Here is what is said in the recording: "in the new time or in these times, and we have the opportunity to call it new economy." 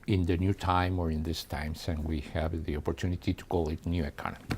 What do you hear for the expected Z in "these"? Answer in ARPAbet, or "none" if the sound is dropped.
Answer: S